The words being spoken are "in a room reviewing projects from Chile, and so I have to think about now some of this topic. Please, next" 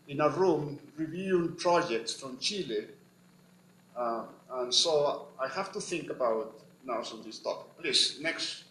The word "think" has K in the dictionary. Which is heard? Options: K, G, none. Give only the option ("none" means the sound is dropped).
K